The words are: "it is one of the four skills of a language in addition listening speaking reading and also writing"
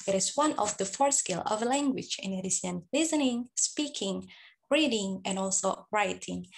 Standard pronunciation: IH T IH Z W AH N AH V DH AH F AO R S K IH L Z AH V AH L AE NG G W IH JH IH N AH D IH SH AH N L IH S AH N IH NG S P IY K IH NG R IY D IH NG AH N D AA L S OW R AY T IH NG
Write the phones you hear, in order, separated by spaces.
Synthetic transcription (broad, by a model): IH T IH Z W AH N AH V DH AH F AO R S K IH L AH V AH L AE NG G W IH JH IH N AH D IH S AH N L IH S AH N IH NG S P IY K IH NG R IY D IH NG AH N AA L S OW R AY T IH NG